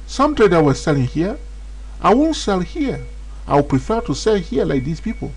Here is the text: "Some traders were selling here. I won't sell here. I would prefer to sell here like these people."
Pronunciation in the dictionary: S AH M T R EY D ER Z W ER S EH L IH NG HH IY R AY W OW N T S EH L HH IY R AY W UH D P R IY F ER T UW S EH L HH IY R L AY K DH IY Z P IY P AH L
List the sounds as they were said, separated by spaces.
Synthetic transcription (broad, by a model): S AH M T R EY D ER W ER S EH L IH NG HH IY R AY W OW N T S EH L HH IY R AY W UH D P R IY F ER T UW S EH L HH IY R L AY K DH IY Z P IY P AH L